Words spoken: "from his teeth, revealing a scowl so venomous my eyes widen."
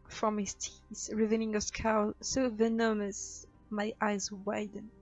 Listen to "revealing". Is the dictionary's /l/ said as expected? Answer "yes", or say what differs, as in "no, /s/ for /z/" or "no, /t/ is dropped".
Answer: no, /n/ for /l/